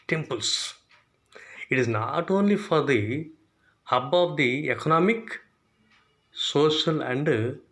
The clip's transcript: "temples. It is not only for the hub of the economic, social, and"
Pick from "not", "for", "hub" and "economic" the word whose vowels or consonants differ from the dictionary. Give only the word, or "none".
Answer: none